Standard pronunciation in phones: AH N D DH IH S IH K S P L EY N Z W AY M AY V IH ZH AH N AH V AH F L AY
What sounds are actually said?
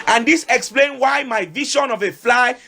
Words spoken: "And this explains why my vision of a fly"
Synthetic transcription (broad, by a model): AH N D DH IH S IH K S P L EY N W AY M AY V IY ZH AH N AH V AH F L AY